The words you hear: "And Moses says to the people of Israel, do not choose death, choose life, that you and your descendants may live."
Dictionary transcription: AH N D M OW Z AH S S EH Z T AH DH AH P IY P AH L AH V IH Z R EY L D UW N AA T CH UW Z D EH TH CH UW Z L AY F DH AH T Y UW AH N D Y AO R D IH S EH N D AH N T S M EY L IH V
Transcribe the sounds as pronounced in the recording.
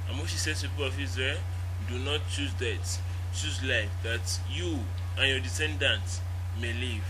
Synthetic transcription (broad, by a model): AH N M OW S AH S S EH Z P IY P AH L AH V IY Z R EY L D UW N AA T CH UW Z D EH T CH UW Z L AY F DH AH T Y UW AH N Y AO D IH S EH N D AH N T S M EY L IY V